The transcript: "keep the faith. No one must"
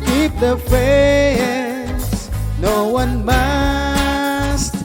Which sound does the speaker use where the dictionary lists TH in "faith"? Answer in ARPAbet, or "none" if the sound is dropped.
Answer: S